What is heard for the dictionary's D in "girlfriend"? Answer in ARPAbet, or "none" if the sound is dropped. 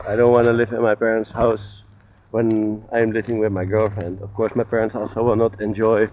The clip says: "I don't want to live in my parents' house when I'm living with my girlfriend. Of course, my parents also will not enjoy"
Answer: D